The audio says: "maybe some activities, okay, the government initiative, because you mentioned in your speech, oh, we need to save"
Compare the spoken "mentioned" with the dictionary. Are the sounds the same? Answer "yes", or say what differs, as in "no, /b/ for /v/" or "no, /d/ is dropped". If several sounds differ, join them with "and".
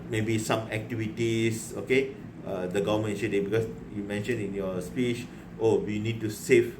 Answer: no, /d/ is dropped